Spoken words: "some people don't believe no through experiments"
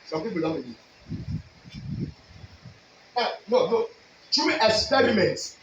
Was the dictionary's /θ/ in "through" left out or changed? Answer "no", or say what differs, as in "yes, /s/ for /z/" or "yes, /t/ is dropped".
yes, /t/ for /θ/